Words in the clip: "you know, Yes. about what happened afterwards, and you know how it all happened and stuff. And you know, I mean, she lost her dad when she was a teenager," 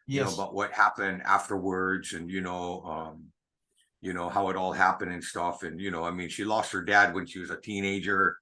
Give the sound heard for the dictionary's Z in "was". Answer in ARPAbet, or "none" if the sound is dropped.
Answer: Z